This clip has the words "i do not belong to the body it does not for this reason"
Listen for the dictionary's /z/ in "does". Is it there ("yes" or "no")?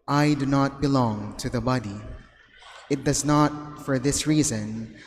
yes